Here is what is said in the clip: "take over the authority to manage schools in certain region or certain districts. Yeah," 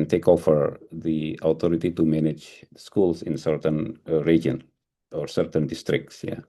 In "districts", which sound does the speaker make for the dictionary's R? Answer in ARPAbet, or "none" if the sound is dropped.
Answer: R